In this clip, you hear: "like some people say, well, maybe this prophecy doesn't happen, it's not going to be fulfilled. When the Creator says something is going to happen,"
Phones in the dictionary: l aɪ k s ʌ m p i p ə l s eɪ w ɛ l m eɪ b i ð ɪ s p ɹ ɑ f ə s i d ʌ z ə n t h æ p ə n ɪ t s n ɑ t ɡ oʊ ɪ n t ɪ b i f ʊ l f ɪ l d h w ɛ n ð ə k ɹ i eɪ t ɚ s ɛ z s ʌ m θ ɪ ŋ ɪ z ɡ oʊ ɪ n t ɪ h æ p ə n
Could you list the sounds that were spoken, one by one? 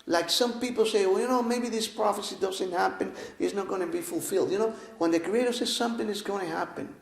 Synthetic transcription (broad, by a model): l aɪ k s ʌ m p i p l s eɪ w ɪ n m eɪ b i ð ɪ s p ɹ ɑ f ə s i d ʌ z ə n t h æ p ə n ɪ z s n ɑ t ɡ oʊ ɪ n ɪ b i f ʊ l f ɪ l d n w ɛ n ð ə k ɹ i eɪ t ɚ s ɛ z s ʌ m θ ɪ ŋ ɪ z ɡ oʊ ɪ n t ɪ h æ p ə n